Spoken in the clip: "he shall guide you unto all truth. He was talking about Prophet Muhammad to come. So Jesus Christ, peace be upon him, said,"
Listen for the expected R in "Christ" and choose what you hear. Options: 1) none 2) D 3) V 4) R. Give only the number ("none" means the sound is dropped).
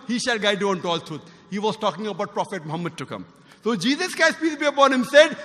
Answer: 1